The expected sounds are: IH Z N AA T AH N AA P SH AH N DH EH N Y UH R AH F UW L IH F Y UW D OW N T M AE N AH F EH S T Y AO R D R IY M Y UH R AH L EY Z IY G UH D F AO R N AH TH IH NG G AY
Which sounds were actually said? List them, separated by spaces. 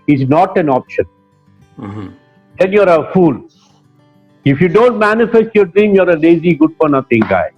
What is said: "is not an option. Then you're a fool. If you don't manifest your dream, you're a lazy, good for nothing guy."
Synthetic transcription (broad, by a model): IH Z N AA T AH N AA P SH AH N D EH N Y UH R AH F UW L IH F Y UW D OW N T M AE N AH F EH S T Y AO R D R IY M Y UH R AH L EY Z IY G UH D F AO R N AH T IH NG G AY